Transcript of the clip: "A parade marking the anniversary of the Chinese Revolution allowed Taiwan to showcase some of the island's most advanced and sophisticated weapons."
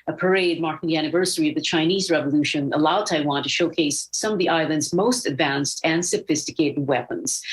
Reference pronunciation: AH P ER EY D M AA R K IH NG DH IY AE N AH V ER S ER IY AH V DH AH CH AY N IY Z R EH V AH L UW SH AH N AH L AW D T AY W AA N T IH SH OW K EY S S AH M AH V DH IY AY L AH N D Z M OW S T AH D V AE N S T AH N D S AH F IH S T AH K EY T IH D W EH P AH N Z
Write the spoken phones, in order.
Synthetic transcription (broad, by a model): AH P ER EY D M AA R K IH NG DH IY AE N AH V ER S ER IY AH V DH AH CH AY N IY Z R EH V AH L UW SH AH N AH L AW D T AY W AA N T IH SH OW K EY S S AH M AH V DH IY AY L AH N D Z M OW S T AH D V AE N S T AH N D S AH F IH S T AH K EY T IH D W EH P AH N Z